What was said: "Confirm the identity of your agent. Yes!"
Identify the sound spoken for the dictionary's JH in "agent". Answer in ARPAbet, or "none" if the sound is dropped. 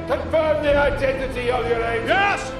none